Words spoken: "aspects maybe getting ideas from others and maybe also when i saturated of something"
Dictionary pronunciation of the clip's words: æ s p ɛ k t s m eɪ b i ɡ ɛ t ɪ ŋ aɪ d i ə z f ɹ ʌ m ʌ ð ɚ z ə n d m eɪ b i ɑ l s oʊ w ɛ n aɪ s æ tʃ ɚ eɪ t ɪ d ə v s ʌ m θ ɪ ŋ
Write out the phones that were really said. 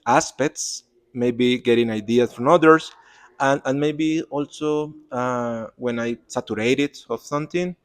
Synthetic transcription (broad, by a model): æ s p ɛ k t s m eɪ b i ɡ ɛ t ɪ ŋ aɪ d i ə s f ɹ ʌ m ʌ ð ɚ s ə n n m eɪ b i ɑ l s oʊ w ɛ n aɪ s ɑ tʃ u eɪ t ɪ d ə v s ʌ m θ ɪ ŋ